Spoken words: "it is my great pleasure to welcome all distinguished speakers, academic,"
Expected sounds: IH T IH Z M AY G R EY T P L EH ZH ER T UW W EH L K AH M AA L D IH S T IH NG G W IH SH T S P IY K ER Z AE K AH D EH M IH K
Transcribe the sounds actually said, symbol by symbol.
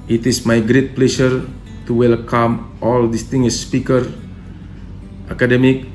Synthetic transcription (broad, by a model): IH T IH S M AY G R EY T P L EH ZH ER T UW W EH L K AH M AA L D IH S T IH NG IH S P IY K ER AA K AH D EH M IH K